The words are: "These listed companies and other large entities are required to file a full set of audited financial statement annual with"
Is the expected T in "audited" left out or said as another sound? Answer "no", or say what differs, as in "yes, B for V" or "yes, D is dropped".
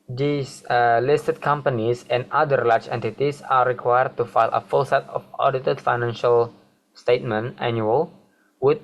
no